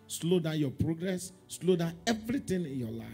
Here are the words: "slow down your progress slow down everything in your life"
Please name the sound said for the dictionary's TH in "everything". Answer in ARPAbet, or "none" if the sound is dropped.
T